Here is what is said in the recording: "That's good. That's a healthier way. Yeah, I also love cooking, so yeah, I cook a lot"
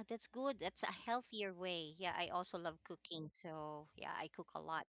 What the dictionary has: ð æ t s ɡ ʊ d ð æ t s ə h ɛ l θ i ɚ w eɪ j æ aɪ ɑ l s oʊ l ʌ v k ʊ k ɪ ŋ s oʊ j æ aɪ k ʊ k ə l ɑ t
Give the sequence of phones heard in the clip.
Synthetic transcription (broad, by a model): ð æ t s ɡ ʊ d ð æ t s ə h ɛ l θ i ɚ w eɪ j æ aɪ ɑ l s oʊ l ʌ v k ʊ k ɪ ŋ s oʊ j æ aɪ k ʊ k ə l ɑ t